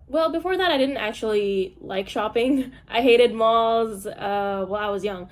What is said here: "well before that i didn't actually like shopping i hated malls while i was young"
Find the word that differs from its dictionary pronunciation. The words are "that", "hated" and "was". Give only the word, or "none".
none